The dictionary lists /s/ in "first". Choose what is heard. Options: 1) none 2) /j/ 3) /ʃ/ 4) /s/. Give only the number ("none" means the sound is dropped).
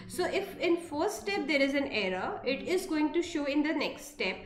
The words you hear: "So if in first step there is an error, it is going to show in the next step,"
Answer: 1